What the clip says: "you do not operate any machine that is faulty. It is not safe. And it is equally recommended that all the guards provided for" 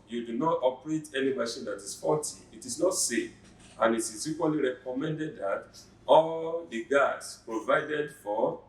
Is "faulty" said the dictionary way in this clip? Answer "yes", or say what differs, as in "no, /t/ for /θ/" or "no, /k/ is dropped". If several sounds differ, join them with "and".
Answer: no, /l/ is dropped